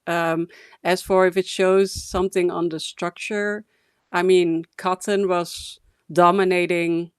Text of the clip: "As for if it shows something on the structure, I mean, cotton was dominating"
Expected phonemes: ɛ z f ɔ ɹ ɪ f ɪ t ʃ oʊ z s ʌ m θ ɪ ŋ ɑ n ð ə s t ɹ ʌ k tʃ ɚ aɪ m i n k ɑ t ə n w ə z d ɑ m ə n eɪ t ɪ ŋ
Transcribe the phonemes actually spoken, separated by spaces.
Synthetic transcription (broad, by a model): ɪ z f ɔ ɹ ɪ f ɪ t ʃ oʊ z s ʌ m θ ɪ ŋ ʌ n ð ə s t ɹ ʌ k tʃ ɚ aɪ m i n k ɑ t ə n w ə z d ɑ m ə n eɪ t ɪ ŋ